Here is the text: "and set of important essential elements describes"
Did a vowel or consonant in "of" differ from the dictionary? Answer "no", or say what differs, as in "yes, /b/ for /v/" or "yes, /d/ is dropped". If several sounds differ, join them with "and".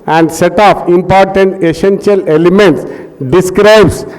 yes, /p/ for /v/